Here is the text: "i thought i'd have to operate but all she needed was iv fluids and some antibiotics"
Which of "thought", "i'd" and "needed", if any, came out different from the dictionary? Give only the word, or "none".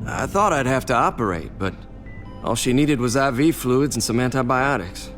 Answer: none